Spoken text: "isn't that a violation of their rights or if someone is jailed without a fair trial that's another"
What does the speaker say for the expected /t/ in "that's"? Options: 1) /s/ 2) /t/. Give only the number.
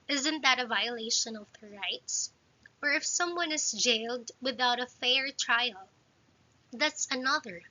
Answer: 2